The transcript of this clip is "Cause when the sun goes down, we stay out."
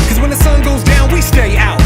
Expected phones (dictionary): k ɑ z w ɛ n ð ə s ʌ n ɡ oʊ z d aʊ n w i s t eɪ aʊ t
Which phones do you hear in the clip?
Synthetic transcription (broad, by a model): k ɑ z w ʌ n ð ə s ʌ n ɡ oʊ z d aʊ n w i s t eɪ aʊ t